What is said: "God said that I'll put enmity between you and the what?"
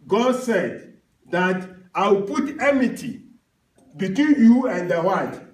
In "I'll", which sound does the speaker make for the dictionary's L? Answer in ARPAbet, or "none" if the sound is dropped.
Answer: W